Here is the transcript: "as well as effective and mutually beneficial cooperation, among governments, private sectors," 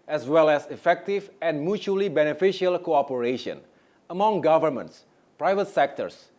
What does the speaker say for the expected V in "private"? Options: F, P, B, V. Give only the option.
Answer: V